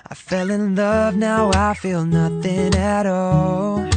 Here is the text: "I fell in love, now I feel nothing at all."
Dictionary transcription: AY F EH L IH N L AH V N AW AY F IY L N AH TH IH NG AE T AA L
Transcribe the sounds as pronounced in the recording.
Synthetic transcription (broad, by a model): AY F EH L IH N L AH V N AW AY F IY L N AH TH IH NG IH T AA L